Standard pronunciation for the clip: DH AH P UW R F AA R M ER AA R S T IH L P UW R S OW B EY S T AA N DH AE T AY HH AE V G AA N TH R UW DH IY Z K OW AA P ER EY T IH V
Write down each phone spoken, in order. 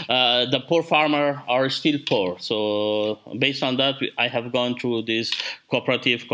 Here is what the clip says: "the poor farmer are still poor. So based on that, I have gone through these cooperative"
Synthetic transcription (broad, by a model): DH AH P UW R F AA R M ER AA R S T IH L P UW R S OW B EY S T AA N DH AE T AY HH AE V G AA N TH R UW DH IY S K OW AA P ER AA T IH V